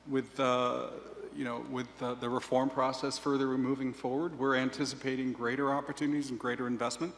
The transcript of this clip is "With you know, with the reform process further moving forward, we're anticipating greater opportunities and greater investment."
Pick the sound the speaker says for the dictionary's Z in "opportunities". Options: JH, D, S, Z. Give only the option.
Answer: Z